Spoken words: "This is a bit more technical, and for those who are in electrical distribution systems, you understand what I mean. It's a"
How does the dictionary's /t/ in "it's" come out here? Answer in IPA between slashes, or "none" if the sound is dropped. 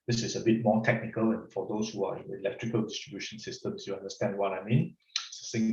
/s/